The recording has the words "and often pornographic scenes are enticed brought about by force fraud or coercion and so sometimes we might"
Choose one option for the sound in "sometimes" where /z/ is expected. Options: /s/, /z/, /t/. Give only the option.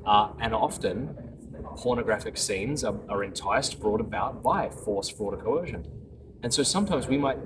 /z/